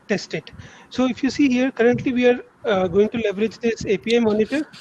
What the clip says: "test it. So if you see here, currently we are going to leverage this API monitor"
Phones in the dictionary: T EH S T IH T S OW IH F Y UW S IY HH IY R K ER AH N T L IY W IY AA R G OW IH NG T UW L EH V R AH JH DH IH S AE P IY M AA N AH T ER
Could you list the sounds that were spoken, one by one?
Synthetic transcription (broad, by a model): T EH S T IH T S OW IH F Y UW S IY HH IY R K ER AH N T L IY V IY AA R G OW IH NG T UW L EH V R AH JH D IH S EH P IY M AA N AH T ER